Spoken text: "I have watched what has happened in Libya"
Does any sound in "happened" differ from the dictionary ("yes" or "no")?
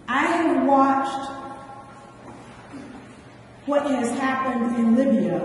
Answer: no